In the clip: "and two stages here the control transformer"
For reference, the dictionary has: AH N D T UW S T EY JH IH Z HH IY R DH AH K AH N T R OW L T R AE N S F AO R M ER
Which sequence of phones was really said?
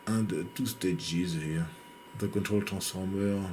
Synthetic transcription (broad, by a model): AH N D T UW S T EY JH IH Z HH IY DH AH K AH N T R OW L T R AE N S F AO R M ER